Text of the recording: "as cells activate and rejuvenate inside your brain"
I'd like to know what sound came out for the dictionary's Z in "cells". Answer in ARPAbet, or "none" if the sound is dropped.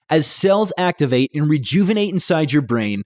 Z